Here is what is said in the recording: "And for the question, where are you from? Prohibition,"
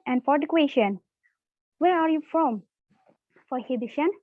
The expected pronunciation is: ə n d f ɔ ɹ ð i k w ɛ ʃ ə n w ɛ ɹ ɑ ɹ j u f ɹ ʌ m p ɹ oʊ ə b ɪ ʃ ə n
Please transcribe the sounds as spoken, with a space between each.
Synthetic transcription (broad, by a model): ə n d f ɔ ɹ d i k w ɛ ʃ ə n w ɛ ɹ ɑ ɹ j u f ɹ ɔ m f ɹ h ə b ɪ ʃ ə n